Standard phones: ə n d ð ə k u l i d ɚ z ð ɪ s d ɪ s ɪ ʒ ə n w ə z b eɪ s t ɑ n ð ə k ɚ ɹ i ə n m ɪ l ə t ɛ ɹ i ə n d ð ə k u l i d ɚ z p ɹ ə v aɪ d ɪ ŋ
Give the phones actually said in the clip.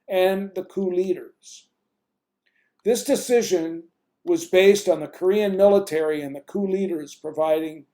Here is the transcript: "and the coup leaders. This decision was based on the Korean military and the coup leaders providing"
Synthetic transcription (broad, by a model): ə n ð ə k u l i d ɚ z ð ɪ s d ɪ s ɪ ʒ ə n w ə z b eɪ s t n ð ə k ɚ ɹ i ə n m ɪ l ə t ɛ ɹ i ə n ð ə k u l i d ɚ z p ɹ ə v aɪ d ɪ ŋ